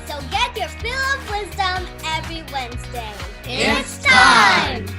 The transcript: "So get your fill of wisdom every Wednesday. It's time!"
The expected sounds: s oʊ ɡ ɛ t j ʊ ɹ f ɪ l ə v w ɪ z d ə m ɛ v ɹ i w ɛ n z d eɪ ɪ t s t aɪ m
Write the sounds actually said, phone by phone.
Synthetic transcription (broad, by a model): s oʊ ɡ ɛ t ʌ ɹ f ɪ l ə v w ɪ z d ə m ɛ v ɹ i w ɛ n z d eɪ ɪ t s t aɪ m